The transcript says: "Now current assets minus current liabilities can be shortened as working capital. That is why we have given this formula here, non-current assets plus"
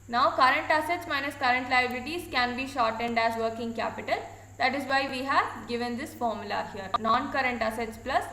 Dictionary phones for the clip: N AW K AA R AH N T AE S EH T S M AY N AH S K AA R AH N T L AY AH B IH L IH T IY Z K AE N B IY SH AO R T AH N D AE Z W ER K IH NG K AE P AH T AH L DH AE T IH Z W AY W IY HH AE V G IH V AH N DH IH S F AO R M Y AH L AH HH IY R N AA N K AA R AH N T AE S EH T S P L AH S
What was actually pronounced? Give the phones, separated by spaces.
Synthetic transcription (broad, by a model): N AW K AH R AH N T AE S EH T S M AY N AH S K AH R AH N T L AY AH B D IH T IY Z K AE N B IY SH AO R T AH N D AE Z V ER K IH NG K AE P AH T AH L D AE T IH Z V AY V IY HH AE V G IH V AH N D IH S F AO R M Y AH L AH HH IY R N AA N K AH R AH N T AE S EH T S P L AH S